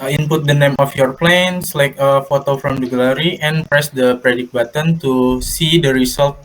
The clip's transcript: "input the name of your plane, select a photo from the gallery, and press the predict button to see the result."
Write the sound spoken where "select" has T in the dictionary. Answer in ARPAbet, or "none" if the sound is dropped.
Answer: none